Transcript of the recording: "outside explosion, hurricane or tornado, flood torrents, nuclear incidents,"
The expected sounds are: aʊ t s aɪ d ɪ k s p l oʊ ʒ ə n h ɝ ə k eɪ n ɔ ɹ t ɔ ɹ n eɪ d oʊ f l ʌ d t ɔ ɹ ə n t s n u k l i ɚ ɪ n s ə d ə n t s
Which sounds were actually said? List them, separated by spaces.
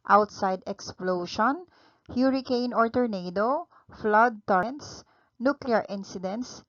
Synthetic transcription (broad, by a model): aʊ t s aɪ d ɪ k s p l oʊ ʃ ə n h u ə k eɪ n ɔ ɹ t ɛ ɹ n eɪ d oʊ f l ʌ d t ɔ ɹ n t s n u k l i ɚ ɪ n s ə d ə n t s